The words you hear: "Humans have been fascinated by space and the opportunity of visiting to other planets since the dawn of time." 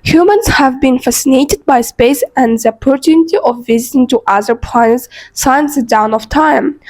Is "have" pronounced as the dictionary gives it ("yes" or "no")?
yes